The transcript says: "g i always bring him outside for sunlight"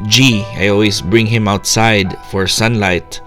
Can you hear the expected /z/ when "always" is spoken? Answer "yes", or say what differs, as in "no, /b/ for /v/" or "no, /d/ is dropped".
no, /s/ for /z/